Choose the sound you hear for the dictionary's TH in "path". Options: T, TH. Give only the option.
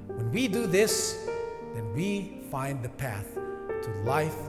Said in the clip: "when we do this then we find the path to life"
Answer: TH